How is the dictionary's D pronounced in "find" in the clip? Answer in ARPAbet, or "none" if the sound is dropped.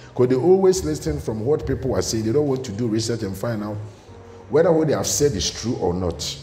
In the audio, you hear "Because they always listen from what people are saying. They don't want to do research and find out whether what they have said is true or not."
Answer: none